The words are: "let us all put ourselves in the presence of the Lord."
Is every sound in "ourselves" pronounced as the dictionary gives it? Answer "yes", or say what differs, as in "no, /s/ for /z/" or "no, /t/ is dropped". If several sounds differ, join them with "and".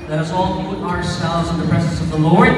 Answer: no, /v/ is dropped